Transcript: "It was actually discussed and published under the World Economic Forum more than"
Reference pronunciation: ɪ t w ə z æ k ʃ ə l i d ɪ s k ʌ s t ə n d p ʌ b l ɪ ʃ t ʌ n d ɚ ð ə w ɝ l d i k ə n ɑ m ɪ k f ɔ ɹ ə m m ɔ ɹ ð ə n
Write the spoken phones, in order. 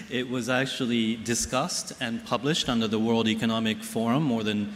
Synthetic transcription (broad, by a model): ɪ t w ə z æ k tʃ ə l i d ɪ s k ʌ s t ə n p ʌ b l ɪ ʃ t ʌ n d ɚ ð ə w ɝ l d i k ə n ɑ m ɪ k f ɔ ɹ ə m m ɔ ɹ ð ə n